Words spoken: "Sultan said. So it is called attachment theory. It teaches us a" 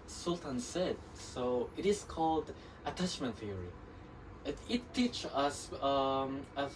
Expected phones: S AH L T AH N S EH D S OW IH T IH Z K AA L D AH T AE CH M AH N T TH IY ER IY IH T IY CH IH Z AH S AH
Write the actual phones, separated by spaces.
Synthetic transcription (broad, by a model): S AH L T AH N S EH D S OW IH T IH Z K AA L D AH T AE CH M AH N T TH IY ER IY IH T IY CH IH S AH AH